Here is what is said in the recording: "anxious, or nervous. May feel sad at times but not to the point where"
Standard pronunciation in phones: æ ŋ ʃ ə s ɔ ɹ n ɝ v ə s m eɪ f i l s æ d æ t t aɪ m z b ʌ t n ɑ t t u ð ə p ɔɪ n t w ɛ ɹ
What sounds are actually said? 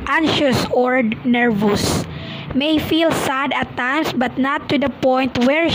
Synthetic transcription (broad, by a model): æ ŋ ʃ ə s ɔ ɹ n ɝ v ə s m eɪ f i l s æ d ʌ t t aɪ m s b ʌ t n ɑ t t u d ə p ɔɪ n t w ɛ ɹ